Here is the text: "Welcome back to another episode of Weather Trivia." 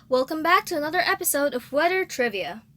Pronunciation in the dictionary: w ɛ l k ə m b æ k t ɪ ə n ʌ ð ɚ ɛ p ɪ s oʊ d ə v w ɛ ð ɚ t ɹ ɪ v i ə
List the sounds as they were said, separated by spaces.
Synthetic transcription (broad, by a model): w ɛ l k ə m b æ k t ɪ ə n ʌ ð ɚ ɛ p ɪ s oʊ d ə v w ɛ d ɚ t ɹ ɪ v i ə